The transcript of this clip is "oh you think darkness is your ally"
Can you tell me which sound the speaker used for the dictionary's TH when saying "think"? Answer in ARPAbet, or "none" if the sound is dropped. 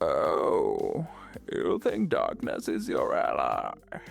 TH